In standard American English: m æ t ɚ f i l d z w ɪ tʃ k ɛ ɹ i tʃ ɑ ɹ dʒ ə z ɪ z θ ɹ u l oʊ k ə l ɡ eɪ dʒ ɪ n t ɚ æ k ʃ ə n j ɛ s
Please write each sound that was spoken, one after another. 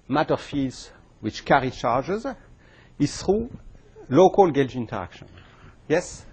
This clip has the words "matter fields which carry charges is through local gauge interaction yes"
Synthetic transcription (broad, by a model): m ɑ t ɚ f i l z w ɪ tʃ k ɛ ɹ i tʃ ɑ ɹ dʒ ə z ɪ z θ ɹ u l oʊ k ə l ɡ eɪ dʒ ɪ n t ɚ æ k ʃ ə n j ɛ s